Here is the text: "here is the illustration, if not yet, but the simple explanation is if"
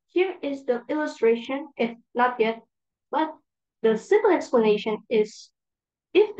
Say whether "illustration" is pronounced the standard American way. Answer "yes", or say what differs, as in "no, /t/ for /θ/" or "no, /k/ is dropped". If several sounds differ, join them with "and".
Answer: yes